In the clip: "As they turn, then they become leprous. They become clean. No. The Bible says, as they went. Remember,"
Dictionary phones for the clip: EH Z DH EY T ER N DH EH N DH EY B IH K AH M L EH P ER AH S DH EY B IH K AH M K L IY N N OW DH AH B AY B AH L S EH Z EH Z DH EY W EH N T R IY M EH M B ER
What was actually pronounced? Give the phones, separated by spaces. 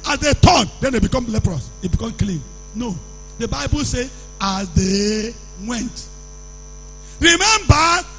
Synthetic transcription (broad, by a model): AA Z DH EY T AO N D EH N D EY B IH K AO M L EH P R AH S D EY B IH K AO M K L IY N N OW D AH B AY B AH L S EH AA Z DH EY W EH N T R IY M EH M B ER